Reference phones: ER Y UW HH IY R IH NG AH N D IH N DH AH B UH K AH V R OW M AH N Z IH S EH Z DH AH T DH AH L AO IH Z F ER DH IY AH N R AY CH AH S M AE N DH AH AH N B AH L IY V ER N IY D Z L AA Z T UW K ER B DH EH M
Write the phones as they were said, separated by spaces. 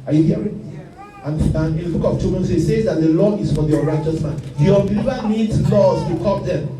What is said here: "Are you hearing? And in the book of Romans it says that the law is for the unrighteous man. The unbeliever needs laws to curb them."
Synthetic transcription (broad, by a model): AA Y UW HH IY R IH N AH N IH N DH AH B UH K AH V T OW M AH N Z IH S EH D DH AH T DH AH L AO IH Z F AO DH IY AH R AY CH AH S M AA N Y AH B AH L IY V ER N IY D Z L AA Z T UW K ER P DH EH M